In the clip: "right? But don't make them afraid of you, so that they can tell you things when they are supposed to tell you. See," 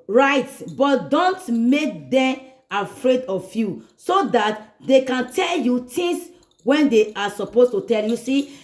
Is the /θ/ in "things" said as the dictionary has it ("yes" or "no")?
no